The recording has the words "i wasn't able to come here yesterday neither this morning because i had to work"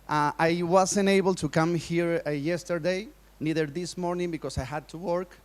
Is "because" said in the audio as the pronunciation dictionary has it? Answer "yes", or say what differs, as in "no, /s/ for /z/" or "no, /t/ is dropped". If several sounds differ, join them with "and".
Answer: no, /s/ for /z/